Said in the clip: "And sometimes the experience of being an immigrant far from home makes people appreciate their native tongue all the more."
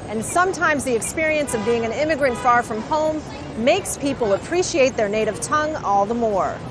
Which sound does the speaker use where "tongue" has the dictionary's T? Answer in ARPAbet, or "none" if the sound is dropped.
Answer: T